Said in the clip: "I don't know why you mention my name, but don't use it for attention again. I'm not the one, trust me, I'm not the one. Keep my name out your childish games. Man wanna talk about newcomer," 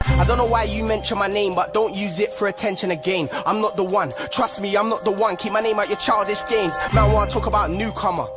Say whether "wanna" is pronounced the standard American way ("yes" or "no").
no